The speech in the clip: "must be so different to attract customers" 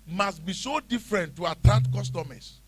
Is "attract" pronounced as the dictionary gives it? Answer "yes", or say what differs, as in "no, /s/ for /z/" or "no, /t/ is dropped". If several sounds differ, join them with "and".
no, /ɹ/ is dropped